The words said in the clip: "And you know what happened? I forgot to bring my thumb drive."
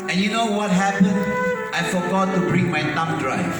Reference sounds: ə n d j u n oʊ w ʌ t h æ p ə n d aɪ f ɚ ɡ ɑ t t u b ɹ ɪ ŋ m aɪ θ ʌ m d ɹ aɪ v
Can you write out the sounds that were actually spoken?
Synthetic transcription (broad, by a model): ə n j u n oʊ w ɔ t h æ p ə n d aɪ f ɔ ɡ ɑ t t u b ɹ ɪ ŋ m aɪ t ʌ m d ɹ aɪ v